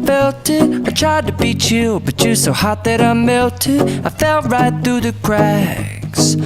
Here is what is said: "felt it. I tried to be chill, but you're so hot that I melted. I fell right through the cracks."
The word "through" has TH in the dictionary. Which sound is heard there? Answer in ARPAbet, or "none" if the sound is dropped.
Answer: TH